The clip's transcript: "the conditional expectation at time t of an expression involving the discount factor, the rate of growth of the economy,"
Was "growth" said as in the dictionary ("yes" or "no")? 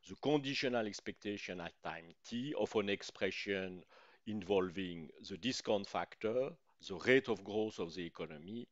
no